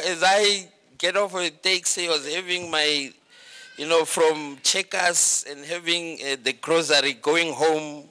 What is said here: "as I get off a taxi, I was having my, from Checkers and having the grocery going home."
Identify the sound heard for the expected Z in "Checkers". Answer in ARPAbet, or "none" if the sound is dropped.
S